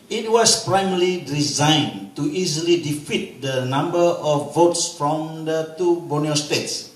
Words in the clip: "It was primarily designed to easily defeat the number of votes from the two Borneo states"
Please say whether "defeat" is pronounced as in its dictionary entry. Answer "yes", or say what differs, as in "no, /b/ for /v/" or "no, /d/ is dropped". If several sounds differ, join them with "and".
yes